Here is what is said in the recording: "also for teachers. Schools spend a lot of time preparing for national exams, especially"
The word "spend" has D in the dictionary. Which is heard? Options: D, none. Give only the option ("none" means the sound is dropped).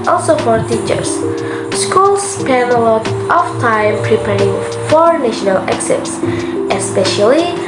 none